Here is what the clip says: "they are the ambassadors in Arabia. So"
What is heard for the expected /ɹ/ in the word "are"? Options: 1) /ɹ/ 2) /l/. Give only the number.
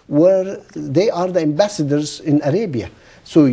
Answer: 1